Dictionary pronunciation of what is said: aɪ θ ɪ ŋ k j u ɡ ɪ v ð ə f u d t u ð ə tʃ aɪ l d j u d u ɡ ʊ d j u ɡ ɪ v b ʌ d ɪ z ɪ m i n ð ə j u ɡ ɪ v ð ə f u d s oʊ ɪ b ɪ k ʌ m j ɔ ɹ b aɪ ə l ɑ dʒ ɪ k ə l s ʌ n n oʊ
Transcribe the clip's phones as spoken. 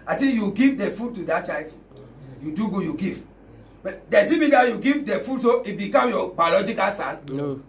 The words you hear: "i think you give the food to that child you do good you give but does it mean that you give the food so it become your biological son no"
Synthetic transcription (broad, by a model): aɪ t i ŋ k j u ɡ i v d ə f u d t u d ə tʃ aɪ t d j u d u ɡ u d j u ɡ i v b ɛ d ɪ s ɪ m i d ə j u ɡ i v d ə f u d s oʊ ɪ b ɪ k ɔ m j ɔ b aɪ ə l ɑ dʒ ɪ k ə l s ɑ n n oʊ